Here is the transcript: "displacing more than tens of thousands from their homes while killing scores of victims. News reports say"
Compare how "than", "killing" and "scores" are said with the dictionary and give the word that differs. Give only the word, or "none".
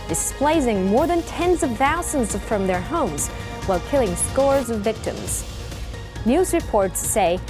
none